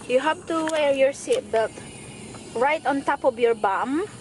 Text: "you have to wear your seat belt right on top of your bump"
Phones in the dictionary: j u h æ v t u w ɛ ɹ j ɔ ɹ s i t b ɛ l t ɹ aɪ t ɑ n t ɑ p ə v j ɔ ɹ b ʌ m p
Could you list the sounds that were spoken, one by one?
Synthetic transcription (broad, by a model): j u h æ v t u w ɛ ɹ j ɔ ɹ s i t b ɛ t ɹ aɪ t ɑ n t ɑ p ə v j ɔ ɹ b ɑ m